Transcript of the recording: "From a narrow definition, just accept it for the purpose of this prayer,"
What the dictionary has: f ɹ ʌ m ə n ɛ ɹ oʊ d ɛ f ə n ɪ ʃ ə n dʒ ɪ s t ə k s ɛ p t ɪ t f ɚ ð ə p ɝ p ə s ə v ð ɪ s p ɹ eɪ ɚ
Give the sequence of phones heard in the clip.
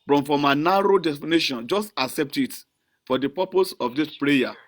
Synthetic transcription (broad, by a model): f ɹ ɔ m ə n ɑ ɹ oʊ d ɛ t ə n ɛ ʃ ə n dʒ ɪ s t ə k s ɛ p t ɪ t f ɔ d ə p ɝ p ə s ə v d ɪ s p ɹ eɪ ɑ